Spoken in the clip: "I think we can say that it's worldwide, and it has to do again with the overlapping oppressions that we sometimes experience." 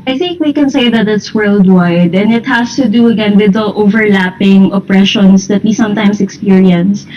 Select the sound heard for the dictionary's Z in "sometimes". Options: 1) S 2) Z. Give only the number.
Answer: 1